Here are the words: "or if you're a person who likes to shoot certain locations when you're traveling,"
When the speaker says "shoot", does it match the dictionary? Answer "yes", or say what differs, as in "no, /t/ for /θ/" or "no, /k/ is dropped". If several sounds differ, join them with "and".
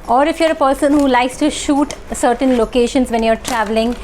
yes